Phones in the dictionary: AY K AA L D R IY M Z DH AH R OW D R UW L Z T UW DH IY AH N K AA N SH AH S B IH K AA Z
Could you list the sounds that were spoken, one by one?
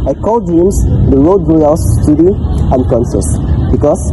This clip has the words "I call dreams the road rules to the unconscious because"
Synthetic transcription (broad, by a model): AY K AA L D IY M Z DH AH R OW D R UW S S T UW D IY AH N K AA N S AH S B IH K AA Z